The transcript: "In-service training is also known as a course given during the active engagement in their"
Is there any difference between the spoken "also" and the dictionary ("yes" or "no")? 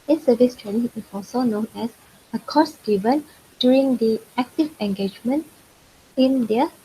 yes